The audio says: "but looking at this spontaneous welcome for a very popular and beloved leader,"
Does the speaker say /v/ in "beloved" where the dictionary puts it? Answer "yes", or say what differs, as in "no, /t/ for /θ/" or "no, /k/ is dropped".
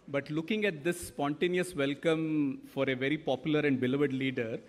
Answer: yes